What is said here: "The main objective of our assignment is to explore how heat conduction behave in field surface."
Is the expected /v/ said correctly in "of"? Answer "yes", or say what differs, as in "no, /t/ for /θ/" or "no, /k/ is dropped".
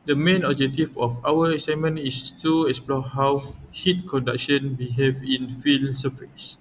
no, /f/ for /v/